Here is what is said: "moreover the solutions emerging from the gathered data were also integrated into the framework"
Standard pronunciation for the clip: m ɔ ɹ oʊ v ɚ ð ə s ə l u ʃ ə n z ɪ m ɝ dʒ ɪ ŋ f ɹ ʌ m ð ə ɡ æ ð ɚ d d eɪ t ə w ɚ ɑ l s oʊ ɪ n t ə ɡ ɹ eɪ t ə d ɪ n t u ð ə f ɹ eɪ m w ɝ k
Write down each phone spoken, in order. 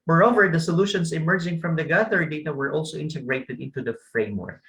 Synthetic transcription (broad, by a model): m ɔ ɹ oʊ v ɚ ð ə s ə l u ʃ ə n s ɪ m ɝ dʒ ɪ ŋ f ɹ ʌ m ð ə ɡ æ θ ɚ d d eɪ t ə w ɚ ɑ l s oʊ ɪ n t ə ɡ ɹ eɪ t ə d ɪ n t u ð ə f ɹ eɪ m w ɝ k